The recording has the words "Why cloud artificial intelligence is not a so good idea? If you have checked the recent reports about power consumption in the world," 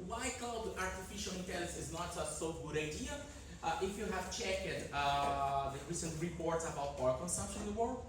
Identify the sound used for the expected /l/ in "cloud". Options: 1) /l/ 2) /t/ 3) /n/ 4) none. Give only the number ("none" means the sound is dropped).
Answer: 4